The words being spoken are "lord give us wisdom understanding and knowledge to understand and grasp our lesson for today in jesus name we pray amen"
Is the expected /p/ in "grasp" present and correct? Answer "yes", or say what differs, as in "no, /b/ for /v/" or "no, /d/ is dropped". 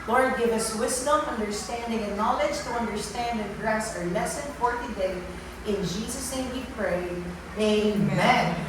no, /p/ is dropped